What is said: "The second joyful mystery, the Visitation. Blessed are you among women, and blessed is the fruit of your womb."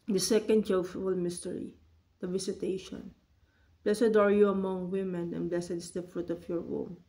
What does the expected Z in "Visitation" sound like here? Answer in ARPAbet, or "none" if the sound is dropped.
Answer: S